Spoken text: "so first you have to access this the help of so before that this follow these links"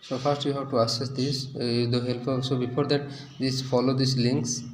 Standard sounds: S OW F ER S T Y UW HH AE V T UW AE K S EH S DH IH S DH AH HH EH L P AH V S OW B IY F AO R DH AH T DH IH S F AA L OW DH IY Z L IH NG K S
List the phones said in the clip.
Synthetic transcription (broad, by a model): S OW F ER S T Y UW HH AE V T UW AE S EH S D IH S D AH HH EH L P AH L S OW B IY F AO R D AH T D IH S F AA L OW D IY S L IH NG K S